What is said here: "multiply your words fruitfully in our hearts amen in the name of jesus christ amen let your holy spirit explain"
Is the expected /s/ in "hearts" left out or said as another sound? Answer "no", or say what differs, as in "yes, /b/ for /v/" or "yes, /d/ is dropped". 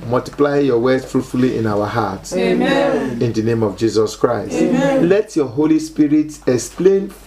yes, /s/ is dropped